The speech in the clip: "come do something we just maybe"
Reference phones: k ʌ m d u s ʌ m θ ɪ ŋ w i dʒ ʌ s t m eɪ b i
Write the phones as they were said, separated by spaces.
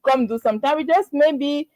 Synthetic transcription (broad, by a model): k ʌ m d u s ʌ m t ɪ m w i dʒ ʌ s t m eɪ b i